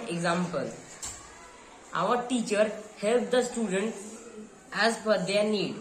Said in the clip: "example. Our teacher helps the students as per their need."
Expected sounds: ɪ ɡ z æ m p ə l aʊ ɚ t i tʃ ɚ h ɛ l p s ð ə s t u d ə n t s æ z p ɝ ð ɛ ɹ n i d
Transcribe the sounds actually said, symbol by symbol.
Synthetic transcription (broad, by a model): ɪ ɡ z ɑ m p ə l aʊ ɚ t i tʃ ɚ h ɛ l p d ə s t u d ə n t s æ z f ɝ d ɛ ɹ n i d